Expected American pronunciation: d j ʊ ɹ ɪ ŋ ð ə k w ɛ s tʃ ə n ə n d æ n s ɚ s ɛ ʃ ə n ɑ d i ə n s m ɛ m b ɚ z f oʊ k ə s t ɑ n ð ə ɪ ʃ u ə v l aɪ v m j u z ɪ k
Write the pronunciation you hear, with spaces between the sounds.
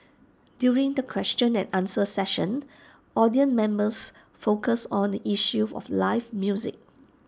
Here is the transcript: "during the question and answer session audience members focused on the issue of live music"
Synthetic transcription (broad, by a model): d j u ɹ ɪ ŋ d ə k w ɛ s tʃ ə n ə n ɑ n s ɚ s ɛ ʃ ə n ɑ d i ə n m ɛ m b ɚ s f oʊ k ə s ɑ n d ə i ʃ u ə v l aɪ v m j u z ɪ k